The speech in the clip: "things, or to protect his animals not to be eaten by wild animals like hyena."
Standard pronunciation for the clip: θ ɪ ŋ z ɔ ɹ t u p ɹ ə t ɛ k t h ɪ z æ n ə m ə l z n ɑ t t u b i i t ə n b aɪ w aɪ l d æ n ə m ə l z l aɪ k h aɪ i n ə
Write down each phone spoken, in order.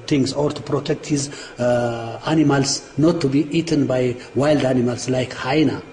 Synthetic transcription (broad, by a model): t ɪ ŋ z ɔ ɹ t u p ɹ ə t ɛ k t h ɪ z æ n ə m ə l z n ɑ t t u b i i t ə n b aɪ w aɪ l d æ n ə m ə l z l aɪ k h aɪ n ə